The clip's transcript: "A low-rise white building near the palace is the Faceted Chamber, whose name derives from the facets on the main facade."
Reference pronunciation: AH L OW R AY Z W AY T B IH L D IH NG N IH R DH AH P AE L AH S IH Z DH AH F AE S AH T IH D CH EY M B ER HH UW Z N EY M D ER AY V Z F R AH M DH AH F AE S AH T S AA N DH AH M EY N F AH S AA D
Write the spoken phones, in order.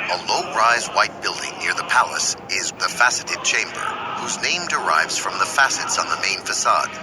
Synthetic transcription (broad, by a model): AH L OW R AY Z W AY T B IH L D IH NG N IH R DH AH P AE L AH S IH Z DH AH F AE S AH T IH D CH EY M B ER HH UW Z N EY M D ER AY V Z F R AH M DH AH F AE S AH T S N DH AH M EY N F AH S AA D